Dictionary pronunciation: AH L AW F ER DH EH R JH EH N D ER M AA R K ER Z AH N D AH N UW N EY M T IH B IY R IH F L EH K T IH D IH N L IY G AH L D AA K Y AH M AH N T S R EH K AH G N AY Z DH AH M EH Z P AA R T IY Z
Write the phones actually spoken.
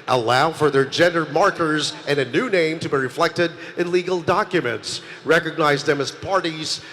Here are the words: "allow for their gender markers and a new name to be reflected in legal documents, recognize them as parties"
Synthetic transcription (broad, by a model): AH L AW F ER DH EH R JH EH N D ER M AA R K ER Z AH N AH N UW N EY M T IH B IY R IH F L EH K T IH D IH N L IY G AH L D AA K Y AH M AH N T S R EH K AH G N AY Z DH AH M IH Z P AA R T IY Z